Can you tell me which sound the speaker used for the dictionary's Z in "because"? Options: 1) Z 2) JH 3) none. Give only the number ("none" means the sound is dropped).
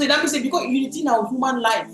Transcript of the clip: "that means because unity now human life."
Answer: 3